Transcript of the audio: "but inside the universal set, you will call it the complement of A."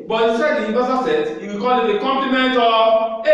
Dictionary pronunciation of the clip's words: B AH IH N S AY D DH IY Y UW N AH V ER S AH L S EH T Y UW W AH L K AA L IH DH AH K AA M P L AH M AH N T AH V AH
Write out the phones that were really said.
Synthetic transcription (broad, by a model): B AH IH S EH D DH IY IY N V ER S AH S EH T Y UW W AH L K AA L IH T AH K AA M P L AH M AH N T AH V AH